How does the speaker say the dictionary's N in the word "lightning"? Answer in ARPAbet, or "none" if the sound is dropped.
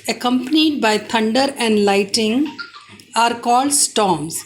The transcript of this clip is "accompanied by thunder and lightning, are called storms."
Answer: none